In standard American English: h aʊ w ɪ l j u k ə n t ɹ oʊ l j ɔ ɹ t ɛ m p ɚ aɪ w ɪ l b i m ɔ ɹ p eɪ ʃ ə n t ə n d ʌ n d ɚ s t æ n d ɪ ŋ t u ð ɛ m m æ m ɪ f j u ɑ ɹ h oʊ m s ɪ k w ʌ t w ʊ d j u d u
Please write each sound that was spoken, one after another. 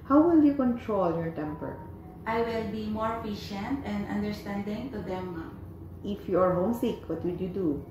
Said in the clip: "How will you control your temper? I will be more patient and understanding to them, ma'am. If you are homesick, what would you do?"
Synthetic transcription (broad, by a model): h aʊ w ɪ l j u k ə n t ɹ oʊ l j ɔ ɹ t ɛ m p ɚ aɪ w ɪ l b i m ɔ ɹ f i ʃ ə n t ə n d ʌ n d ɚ s t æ n d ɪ ŋ t u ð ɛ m m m ɪ f j u ɑ ɹ h oʊ m s ɪ k w ʌ t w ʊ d j u d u